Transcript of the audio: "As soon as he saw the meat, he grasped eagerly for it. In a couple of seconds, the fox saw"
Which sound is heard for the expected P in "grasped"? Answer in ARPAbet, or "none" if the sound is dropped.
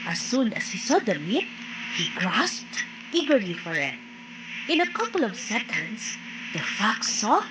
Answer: P